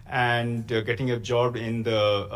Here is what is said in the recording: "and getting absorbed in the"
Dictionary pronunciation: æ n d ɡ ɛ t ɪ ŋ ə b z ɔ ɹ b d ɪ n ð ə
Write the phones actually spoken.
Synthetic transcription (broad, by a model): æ n d ɡ ɛ t ɪ ŋ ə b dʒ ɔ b ɪ n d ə